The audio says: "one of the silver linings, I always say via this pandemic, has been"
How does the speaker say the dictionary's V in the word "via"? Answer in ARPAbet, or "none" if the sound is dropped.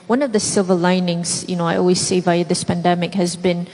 V